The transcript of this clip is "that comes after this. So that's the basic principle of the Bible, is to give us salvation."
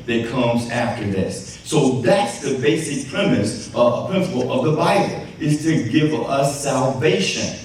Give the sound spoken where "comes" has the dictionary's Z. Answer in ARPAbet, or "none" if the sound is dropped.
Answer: Z